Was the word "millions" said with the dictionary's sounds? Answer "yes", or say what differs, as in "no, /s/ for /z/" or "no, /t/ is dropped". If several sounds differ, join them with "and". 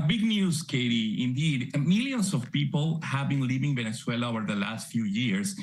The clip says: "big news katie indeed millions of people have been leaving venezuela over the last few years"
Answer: no, /s/ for /z/